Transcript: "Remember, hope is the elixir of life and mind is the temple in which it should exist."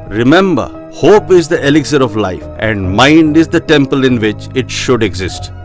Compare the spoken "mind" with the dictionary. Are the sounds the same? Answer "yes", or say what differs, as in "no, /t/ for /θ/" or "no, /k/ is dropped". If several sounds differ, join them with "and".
yes